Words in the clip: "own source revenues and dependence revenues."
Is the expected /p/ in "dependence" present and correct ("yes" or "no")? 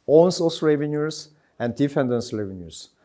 no